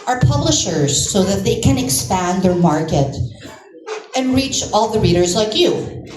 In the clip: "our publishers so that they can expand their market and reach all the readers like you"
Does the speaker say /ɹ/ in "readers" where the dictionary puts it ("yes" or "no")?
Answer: yes